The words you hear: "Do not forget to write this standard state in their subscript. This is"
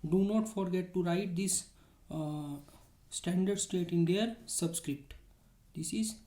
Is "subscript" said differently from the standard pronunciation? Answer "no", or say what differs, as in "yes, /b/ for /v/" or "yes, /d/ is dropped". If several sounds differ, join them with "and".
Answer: no